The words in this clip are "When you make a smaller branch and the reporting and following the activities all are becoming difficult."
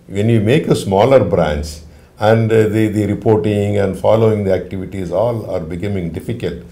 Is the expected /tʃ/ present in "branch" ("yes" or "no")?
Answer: no